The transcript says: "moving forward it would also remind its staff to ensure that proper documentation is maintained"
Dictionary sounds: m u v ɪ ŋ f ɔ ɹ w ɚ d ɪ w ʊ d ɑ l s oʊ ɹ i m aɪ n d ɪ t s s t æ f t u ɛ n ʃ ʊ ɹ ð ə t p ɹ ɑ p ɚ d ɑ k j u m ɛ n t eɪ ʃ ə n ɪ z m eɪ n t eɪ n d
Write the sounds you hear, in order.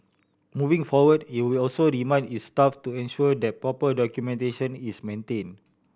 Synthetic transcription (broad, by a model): m u v ɪ ŋ f ɔ w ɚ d ɪ w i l ɑ l s oʊ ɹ i m aɪ n ɪ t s s t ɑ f t u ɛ n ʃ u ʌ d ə t p ɹ ɑ p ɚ d ɑ k j u m ɛ n t eɪ ʃ ə n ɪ s m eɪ n t eɪ n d